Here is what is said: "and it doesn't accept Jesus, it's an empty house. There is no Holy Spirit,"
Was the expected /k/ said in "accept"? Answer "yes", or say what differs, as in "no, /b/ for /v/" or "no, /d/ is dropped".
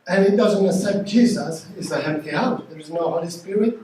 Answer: no, /k/ is dropped